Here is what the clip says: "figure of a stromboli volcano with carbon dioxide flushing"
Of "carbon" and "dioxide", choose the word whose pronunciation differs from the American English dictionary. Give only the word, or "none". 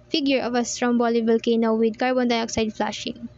none